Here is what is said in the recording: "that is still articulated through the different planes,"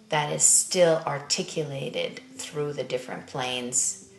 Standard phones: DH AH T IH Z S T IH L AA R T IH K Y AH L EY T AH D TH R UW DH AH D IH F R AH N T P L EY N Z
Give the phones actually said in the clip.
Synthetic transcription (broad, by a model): DH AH T IH Z S T IH L AA R T IH K Y AH L EY T AH D TH R UW DH AH D IH F R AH N P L EY N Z